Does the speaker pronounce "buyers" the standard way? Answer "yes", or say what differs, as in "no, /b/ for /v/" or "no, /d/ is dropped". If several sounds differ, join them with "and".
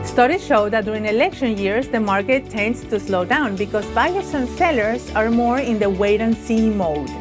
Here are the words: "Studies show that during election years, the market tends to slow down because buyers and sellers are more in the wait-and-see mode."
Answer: no, /s/ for /z/